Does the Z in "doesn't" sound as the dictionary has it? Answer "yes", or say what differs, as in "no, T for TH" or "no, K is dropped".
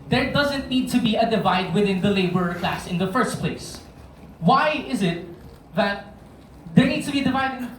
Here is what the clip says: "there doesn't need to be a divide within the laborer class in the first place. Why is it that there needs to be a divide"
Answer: yes